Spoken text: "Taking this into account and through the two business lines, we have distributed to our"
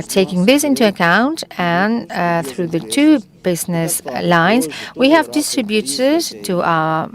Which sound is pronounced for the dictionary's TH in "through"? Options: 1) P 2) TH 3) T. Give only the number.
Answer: 2